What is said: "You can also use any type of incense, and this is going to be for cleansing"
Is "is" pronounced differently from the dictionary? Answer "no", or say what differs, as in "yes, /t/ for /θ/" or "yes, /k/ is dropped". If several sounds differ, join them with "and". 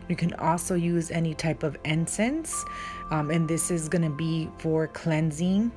no